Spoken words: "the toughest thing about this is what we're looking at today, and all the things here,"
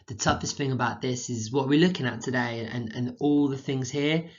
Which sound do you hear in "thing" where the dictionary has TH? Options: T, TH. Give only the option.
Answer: TH